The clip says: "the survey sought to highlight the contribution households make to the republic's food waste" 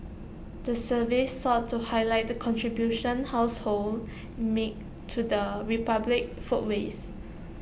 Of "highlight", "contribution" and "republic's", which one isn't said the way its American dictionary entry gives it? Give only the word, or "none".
republic's